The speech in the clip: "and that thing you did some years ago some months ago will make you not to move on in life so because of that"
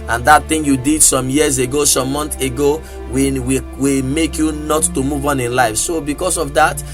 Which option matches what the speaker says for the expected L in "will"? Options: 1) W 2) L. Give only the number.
1